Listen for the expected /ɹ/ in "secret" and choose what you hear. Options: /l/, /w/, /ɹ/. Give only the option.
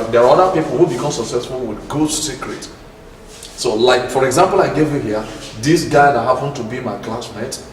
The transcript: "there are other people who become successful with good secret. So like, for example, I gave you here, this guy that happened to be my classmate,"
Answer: /ɹ/